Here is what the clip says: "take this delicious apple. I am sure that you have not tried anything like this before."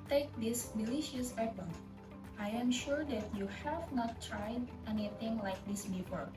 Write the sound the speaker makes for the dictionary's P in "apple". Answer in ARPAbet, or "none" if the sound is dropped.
B